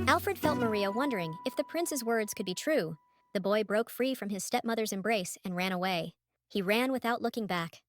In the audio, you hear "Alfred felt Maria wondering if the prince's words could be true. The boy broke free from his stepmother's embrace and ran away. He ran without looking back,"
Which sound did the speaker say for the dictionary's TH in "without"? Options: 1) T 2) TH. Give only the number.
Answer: 2